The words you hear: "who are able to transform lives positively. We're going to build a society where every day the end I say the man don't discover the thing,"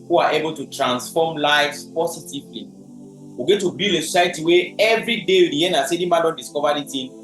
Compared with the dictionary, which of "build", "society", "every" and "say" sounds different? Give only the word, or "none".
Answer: build